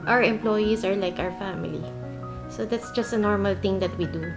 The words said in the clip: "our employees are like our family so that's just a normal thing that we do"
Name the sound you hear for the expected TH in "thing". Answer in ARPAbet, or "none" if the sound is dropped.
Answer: T